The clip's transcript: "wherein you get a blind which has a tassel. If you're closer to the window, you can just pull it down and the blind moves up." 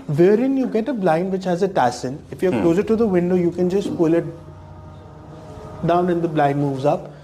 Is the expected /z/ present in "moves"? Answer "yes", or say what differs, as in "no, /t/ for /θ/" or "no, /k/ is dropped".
yes